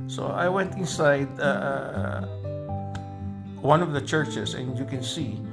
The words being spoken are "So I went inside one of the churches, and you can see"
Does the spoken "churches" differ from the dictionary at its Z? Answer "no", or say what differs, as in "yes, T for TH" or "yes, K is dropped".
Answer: yes, S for Z